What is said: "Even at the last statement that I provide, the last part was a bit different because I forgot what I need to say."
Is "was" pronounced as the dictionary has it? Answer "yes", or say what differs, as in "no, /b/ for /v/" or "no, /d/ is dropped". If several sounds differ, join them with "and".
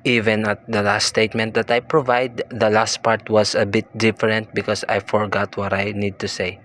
no, /s/ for /z/